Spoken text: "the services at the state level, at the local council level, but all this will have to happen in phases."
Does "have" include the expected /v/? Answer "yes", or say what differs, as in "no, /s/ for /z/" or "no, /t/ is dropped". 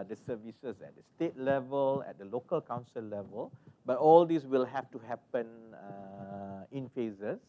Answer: no, /f/ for /v/